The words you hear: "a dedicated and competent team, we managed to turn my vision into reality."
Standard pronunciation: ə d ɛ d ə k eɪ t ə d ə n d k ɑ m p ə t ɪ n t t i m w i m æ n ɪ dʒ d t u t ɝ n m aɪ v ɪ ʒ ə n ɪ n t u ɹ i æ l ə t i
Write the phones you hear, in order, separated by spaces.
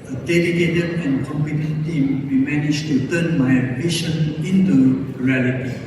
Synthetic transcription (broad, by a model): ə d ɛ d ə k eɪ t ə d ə n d k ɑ m p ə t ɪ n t t i m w i m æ n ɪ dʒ t u t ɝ n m aɪ b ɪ ʃ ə n ɪ n t u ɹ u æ l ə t i